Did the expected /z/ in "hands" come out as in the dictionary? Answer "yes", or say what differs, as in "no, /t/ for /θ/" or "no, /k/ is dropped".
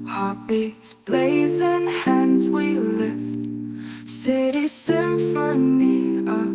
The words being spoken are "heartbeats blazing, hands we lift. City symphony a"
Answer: yes